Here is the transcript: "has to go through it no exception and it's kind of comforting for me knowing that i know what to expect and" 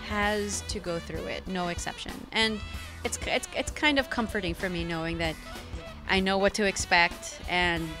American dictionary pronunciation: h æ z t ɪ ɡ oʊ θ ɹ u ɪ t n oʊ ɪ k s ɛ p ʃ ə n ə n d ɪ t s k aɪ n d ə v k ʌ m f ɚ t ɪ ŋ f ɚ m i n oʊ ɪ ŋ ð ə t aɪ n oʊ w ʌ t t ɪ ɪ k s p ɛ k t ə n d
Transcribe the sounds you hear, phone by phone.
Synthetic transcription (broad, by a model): h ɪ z t ɪ ɡ oʊ θ ɹ u ɪ t n oʊ ɪ k s ɛ p ʃ ə n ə n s ɪ t s k aɪ n d ə v k ʌ m f ɚ t ɪ ŋ f ɚ m i n oʊ ɪ ŋ ð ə t aɪ n oʊ w ʌ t t ɪ ɪ k s p ɛ k t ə n